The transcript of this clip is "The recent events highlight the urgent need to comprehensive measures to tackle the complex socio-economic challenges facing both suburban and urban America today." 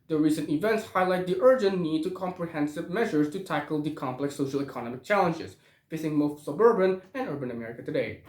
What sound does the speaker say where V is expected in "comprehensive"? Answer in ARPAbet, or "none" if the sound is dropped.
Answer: V